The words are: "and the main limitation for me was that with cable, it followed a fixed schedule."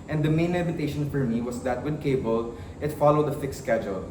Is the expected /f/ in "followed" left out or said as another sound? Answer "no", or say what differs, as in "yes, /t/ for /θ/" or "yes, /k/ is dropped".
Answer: no